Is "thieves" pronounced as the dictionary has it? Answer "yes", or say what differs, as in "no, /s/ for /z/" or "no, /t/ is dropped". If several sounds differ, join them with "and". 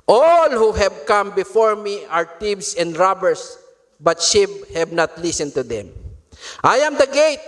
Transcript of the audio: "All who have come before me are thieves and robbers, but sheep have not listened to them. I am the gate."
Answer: no, /t/ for /θ/